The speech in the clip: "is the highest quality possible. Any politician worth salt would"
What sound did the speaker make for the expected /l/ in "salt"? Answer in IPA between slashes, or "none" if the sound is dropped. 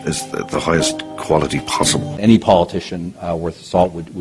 none